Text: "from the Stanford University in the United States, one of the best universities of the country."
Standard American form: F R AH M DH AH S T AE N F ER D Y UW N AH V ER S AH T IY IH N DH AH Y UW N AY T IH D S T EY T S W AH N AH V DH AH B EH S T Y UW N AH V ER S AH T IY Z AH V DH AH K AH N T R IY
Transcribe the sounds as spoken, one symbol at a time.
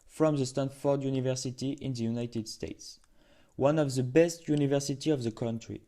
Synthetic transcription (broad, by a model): F R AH M DH AH S T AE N F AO D Y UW N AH V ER S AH T IY IH N DH AH Y UW N AY T IH D S T EY T S W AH N AH V DH AH B EH S T Y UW N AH V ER S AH T IY AH V DH AH K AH N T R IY